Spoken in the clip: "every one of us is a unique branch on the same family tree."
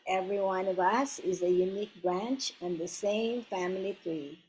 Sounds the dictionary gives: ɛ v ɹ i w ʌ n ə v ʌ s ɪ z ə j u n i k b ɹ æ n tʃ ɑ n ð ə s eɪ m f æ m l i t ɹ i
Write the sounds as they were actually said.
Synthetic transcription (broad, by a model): ɛ v ɹ i w ʌ n ə v ʌ s ɪ z ə j u n i k b ɹ æ n tʃ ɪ n ð ə s eɪ m f æ m l i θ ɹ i